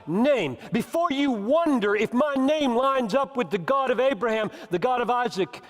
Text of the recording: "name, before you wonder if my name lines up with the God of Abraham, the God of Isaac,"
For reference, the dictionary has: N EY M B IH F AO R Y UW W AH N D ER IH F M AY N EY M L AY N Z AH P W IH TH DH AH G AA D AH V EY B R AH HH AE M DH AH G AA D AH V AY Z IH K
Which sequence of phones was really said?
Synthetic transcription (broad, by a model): N EY M B IH F AO R Y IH W AH N D ER IH F M AY N EY M L AY N Z AH P W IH DH AH G AA D AH V EY B R AH HH AE M DH AH G AA D AH V AY Z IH K